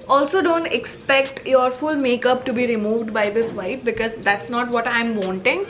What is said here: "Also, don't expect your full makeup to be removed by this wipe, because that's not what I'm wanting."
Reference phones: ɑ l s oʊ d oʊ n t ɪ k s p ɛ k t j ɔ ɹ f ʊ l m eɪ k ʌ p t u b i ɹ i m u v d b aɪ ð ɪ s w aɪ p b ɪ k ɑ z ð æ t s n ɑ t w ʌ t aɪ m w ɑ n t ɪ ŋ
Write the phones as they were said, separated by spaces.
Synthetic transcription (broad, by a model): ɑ l s oʊ d oʊ n t ɪ k s p ɛ k t j ɔ ɹ f ʊ l m eɪ k ʌ p t u b i ɹ i m u v d b aɪ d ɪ s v aɪ f b ɪ k ɑ z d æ t s n ɑ t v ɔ t aɪ m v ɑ n t ɪ ŋ